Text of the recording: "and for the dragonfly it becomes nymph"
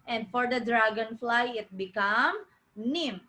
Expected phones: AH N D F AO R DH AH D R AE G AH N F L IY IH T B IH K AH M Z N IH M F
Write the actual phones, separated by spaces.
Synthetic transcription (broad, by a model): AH N D F AO R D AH D R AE G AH N F L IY IH T B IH K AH M N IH M